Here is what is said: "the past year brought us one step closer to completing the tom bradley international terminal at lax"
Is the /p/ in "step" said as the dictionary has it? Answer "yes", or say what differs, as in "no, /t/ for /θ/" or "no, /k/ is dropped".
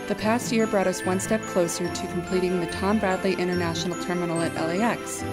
yes